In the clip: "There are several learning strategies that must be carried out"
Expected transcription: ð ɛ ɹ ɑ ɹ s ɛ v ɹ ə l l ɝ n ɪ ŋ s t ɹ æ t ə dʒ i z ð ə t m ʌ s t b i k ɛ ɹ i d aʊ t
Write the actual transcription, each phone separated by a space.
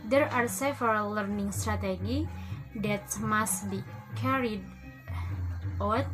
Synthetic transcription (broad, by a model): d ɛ ɹ ɑ ɹ s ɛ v ə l l ɝ n ɪ ŋ s t ɹ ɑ t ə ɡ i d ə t m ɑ s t b i k ɛ ɹ i d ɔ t